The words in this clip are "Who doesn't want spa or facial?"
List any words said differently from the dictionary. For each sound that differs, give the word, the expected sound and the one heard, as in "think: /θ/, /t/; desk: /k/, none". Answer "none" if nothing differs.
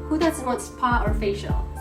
want: /n/, none